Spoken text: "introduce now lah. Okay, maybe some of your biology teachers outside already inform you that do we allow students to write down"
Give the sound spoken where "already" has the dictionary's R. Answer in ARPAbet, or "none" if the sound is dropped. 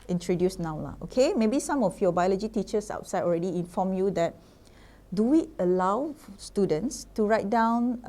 R